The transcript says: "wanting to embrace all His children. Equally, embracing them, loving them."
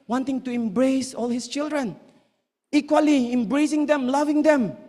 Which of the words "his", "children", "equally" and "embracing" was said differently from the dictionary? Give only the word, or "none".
his